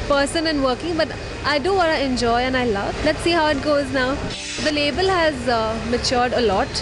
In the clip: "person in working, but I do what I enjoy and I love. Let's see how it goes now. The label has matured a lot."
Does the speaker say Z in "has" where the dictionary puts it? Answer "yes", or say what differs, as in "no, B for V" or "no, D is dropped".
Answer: yes